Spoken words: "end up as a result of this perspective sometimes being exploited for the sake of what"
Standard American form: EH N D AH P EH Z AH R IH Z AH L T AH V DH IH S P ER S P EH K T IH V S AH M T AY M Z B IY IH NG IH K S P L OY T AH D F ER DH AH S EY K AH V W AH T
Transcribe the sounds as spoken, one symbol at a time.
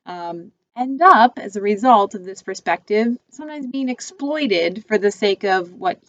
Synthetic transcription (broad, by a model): EH N D AH P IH Z AH R IH Z AH L T AH V DH IH S P ER S P EH K T IH V S AH M T AY M Z B IY IH NG IH K S P L OY T AH D F ER DH AH S EY K AH V W AH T